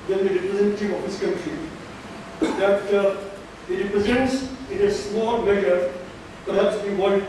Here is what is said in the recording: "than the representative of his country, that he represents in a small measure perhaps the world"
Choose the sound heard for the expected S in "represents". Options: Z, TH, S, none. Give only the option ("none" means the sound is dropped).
S